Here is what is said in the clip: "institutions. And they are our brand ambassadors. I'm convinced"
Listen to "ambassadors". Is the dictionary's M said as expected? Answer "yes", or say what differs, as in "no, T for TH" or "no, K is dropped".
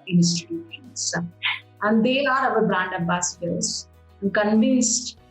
no, M is dropped